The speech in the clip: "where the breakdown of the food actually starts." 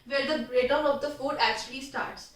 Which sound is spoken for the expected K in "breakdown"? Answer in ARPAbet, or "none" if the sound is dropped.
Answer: none